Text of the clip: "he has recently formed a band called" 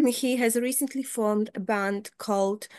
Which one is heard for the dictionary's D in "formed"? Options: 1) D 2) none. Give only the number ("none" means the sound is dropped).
1